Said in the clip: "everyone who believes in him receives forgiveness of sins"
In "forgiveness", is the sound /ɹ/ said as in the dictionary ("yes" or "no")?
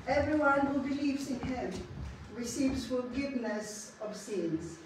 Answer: no